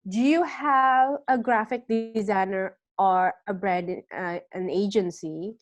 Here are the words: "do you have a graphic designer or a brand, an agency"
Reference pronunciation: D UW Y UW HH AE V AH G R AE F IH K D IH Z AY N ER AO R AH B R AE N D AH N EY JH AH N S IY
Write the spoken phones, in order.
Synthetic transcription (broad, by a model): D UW Y UW HH AE V AH G R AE F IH K D IH Z AY N ER AO R AH B R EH D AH N EY JH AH N S IY